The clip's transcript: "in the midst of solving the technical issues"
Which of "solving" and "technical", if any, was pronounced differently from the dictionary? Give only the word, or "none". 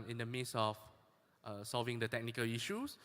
none